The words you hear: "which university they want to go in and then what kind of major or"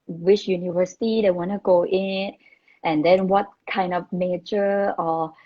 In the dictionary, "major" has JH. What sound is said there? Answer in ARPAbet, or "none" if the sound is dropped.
CH